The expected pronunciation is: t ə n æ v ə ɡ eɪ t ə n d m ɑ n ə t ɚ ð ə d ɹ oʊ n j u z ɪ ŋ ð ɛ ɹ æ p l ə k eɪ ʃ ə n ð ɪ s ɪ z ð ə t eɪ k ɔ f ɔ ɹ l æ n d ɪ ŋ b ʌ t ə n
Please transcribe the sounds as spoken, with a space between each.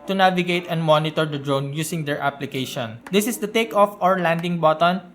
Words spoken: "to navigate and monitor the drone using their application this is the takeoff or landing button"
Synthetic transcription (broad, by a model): t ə n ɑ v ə ɡ eɪ t ə n d m ɑ n ə t ɚ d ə d ɹ oʊ n j u s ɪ ŋ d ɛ ɹ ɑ p l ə k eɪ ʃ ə n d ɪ s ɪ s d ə t eɪ k ɔ f ɔ ɹ l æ n d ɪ ŋ b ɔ t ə n